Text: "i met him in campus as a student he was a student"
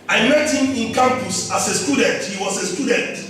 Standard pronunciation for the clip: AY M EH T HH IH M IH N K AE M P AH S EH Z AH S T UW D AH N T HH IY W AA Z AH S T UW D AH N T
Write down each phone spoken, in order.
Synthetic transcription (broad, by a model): AY M EH T HH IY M IH N K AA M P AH S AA S AH S T UW D AH N T HH IY W AA S AH S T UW D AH N T